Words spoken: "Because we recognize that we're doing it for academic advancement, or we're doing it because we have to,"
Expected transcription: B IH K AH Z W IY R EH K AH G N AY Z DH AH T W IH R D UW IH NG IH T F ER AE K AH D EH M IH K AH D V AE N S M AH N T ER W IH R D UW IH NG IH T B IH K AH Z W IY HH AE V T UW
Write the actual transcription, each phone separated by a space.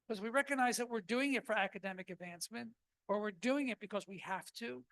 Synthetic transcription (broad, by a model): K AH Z W IY R EH K AH G N AY Z DH AH T W IH R D UW IH NG IH T F ER AE K AH D EH M IH K AH D V AE N S M AH N T ER W IH R D UW IH NG IH T B IH K AH Z W IY HH AE F T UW